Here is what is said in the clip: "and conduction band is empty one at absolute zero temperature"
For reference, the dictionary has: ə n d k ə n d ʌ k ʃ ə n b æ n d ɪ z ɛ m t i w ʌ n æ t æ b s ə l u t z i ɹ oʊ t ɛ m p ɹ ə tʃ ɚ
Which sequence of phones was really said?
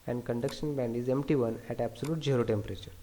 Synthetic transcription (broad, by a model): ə n d k ə n d ʌ k ʃ ə n b æ n d ɪ z ɛ m t i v ʌ n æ t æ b s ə l u t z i ɹ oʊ t ɛ m p ɹ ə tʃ ɚ